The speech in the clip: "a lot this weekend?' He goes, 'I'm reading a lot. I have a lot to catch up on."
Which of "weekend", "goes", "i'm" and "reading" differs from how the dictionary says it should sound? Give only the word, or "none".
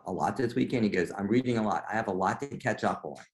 none